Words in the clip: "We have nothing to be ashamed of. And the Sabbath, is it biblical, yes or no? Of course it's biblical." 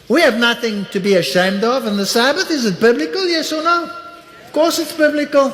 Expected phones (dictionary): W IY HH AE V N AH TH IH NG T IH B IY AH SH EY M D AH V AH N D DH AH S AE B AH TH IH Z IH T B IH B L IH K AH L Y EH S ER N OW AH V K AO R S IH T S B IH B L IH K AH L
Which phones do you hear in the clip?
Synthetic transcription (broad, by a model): W IY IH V N AH TH IH NG T IH B IY AH SH EY M D AH V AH N DH AH S AE B AH TH IH Z IH T B IH B L IH K AH L Y EH S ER N OW AH V K AO R S IH T S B IH B L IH K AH L